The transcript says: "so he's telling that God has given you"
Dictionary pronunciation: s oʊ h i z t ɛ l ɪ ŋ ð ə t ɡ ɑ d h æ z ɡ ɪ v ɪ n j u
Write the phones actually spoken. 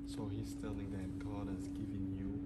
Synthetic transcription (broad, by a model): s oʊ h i s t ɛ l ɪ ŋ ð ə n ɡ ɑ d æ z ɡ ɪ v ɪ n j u